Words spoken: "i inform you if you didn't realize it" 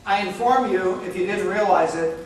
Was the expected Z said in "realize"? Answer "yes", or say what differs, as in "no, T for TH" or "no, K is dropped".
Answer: yes